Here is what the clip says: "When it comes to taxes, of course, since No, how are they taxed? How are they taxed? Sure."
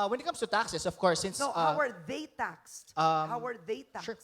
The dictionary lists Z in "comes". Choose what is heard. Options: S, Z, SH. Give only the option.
S